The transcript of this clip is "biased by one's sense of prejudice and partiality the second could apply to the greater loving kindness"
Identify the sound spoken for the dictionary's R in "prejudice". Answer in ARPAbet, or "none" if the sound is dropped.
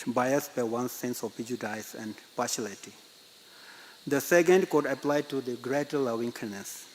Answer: none